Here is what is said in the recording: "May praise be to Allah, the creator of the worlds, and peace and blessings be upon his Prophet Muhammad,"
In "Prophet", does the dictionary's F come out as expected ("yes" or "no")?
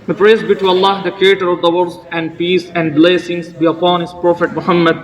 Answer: yes